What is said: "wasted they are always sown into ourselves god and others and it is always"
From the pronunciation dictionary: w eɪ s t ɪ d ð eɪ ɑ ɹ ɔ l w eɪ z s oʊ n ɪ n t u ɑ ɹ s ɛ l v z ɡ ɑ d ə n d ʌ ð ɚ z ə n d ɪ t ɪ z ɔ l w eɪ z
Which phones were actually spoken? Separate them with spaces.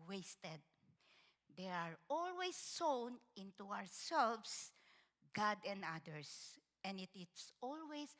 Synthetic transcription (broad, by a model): w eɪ s t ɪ d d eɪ ɑ ɹ ɔ l w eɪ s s oʊ n ɪ n t u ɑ ɹ s ɛ l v s ɡ ɑ d ə n d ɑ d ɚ s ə n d ɪ t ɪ s ɔ l w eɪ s